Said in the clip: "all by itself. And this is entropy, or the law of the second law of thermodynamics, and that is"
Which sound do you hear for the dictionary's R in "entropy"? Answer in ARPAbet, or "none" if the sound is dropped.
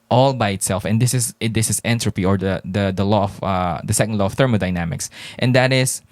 R